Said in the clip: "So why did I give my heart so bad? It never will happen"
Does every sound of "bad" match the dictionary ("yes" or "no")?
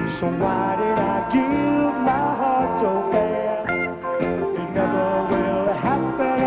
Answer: no